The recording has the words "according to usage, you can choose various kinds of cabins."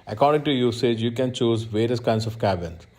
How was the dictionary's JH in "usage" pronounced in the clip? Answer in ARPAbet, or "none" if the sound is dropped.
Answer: JH